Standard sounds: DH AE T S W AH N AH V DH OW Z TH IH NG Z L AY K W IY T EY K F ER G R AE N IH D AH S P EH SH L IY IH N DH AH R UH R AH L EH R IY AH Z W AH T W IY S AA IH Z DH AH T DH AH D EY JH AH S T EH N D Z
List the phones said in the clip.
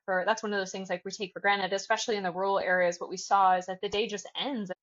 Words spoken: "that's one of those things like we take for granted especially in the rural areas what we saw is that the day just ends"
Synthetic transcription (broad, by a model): DH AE T S W AH N AH V DH OW Z TH IH NG Z L AY K W IY T EY K F ER G R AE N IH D AH S P EH SH L IY IH N DH AH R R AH L EH R IY AH Z W AH T W IY S AA IH Z DH AH T DH AH D EY JH AH S T EH N D Z